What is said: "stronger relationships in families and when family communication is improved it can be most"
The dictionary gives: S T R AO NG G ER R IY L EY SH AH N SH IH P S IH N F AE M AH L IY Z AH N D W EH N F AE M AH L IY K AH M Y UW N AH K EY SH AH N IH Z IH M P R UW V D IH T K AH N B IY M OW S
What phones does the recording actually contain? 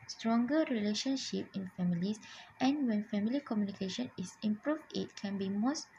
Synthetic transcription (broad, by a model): S T R AO NG G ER R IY L EY SH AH N SH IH P IH N F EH M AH L IY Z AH N W EH N F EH M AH L IY K AH M Y UW N AH K EY SH AH N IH S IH M P R UW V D IH T K AH N B IY M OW S